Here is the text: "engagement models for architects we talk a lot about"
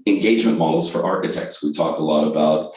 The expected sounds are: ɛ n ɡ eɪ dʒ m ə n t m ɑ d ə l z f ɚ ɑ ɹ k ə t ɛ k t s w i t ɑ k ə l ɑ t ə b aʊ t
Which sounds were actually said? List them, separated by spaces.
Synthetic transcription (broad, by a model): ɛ n ɡ eɪ dʒ m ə n m ɑ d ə l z f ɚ ɑ ɹ k ə t ɛ k t s w i t ɑ k ə l ɑ t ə b aʊ t